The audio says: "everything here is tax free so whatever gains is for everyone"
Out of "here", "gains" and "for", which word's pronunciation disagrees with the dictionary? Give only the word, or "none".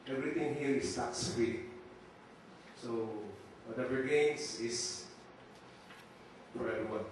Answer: gains